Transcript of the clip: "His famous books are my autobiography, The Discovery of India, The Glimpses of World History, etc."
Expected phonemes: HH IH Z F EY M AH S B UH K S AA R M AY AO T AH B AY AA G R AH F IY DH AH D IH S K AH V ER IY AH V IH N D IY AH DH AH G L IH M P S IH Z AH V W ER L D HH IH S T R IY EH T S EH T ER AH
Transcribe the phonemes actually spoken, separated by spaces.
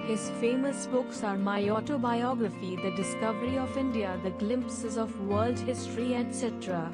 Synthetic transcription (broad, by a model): HH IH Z F EY M AH S B UH K S AA R M AY AO T AH B AY AA G R AH F IY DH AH D IH S K AH V ER IY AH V IH N D IY AH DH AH G L IH M P S IH Z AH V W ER L D HH IH S T R IY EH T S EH T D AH